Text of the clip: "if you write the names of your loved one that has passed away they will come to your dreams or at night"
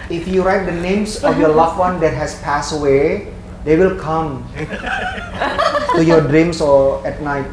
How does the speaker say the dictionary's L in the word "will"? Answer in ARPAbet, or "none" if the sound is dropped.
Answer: L